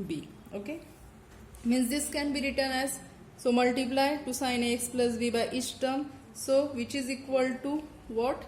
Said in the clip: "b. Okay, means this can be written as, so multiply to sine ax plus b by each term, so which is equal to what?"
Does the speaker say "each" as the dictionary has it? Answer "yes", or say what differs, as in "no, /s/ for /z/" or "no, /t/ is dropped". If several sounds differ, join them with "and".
no, /s/ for /tʃ/